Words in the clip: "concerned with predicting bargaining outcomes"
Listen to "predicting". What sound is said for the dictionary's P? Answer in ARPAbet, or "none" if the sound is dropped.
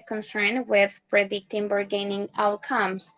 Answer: B